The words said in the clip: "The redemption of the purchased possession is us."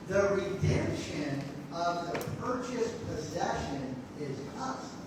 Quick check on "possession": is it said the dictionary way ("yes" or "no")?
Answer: yes